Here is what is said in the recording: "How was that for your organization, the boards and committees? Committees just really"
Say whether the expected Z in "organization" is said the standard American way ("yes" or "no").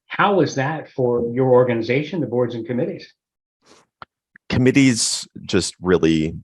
yes